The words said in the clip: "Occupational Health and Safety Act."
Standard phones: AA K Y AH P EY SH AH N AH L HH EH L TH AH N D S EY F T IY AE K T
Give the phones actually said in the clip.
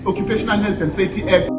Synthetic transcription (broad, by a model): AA K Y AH P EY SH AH N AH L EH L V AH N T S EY T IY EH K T